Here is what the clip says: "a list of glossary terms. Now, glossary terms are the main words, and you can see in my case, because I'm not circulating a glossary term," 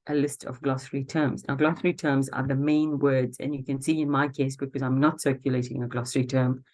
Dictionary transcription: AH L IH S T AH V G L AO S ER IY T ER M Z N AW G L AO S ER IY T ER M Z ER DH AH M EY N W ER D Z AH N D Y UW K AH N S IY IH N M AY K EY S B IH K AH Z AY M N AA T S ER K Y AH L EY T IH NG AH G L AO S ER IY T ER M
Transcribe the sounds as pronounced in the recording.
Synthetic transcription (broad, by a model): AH L IH S T AH V G L AO S ER IY T ER M Z N AW G L AO S ER IY T ER M Z ER DH AH M EY N W ER D Z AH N Y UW K AH N S IY IH N M AY K EY S B IH K AH Z AY M N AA T S ER K Y AH L EY T IH NG AH G L AO S ER IY T ER M